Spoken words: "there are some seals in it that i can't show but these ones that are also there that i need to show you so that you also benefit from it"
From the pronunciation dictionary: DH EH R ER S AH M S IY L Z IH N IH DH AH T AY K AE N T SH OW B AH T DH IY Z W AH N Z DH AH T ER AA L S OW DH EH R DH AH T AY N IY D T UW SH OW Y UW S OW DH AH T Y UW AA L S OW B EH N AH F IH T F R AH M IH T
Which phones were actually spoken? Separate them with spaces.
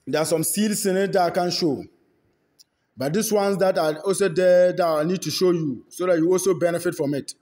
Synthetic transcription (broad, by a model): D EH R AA S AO M S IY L S IH N IH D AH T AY K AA N SH OW B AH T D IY S W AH N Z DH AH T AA AA L S OW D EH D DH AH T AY N IY D T UW SH OW Y UW S OW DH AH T Y UW AA L S OW B EH N AH F IH T F R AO M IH T